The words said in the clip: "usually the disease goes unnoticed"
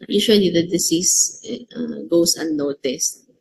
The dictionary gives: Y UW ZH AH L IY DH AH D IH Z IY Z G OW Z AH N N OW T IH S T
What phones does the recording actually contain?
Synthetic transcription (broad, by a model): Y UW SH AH L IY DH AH D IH S IY S G OW S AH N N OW T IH S T